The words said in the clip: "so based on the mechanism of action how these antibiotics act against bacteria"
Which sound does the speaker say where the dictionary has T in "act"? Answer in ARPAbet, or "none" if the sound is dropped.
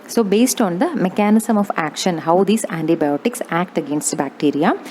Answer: T